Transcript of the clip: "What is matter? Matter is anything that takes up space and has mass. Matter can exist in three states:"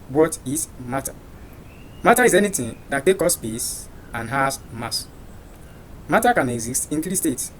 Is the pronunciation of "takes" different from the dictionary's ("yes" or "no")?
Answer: yes